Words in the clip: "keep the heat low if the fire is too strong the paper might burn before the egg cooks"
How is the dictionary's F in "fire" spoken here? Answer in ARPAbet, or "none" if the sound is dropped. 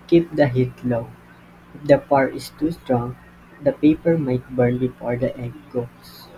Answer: P